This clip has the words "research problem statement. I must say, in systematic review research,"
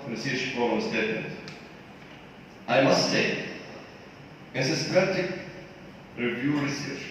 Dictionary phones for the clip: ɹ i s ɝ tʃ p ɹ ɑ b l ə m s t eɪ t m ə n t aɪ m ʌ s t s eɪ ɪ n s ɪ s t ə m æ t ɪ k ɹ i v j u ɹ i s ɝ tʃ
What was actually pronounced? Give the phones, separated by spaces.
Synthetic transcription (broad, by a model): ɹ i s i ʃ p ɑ l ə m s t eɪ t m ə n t aɪ m ʌ s t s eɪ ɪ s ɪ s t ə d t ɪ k ɹ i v j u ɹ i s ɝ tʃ